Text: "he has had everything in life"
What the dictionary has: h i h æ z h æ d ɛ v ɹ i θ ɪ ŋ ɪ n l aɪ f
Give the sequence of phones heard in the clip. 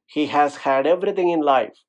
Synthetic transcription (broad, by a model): h i h æ z h æ d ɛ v ɹ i t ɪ ŋ ɪ n l aɪ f